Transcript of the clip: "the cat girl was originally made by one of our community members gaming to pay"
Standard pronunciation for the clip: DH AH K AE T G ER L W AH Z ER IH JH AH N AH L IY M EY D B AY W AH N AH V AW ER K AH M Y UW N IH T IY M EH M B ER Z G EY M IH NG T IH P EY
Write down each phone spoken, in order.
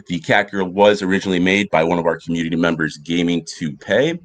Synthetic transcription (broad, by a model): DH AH K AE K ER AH W AH Z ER IH JH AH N L IY M EY D B AY W AH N AH V AW ER K M Y UW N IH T IY M EH M B ER Z G EY M IH NG T IH P EY